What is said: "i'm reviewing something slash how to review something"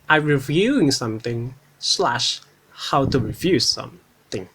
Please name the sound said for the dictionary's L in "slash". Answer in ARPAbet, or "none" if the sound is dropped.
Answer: L